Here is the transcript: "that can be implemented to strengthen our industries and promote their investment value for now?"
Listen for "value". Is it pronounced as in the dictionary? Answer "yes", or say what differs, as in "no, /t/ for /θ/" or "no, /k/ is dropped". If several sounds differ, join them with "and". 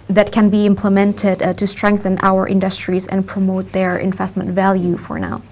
yes